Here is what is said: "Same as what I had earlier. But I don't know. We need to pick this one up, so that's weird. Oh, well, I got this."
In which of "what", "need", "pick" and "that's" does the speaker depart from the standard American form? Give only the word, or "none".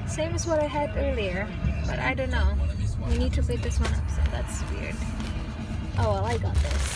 pick